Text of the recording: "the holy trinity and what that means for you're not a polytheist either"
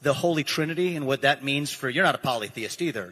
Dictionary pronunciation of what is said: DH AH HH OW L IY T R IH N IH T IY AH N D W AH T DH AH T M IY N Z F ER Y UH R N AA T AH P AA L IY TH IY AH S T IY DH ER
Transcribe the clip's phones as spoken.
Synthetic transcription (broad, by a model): DH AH HH OW L IY T R IH N IH T IY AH N W AH T DH AH T M IY N Z F ER Y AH R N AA T AH P AA L IY TH IY AH S T IY DH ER